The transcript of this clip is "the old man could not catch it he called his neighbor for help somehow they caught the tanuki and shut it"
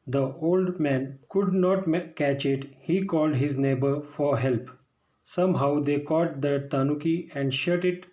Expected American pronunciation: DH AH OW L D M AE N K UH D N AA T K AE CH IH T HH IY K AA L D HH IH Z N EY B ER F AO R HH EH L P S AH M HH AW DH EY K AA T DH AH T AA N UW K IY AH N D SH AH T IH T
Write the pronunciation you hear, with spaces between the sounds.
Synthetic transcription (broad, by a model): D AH OW L D M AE N K UH D N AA T K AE CH IH T HH IY K AA L D HH IH Z N EY B ER F AO R HH EH L P S AH M HH AW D EY K AA T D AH T AA N UW K IY AH N D SH AH T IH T